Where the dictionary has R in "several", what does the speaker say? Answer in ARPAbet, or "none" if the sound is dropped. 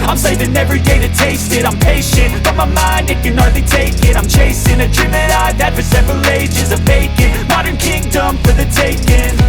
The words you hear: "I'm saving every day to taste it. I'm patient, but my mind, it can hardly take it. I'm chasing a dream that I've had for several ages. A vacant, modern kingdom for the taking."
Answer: R